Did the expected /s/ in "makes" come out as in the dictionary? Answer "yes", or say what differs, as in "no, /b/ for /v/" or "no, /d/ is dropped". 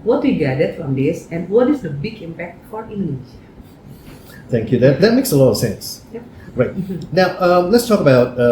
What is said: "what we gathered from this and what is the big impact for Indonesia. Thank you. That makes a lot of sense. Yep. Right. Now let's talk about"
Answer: yes